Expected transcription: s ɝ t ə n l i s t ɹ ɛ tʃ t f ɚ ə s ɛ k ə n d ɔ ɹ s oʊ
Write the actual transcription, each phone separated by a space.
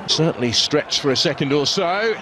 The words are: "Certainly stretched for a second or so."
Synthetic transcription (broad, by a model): s ɝ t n l i s t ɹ ɛ tʃ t f ɚ ə s ɛ k ə n d ɔ l s oʊ